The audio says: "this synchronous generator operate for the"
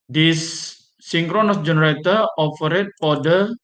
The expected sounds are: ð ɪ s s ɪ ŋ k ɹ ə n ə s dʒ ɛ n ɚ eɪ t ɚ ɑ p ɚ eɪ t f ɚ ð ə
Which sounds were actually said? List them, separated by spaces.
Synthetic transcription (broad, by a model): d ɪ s s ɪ ŋ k ɹ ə n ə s dʒ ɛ n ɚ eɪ t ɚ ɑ f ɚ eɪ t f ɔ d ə